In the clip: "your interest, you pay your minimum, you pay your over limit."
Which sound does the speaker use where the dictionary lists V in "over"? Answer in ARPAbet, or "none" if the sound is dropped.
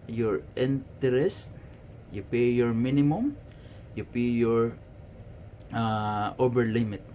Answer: B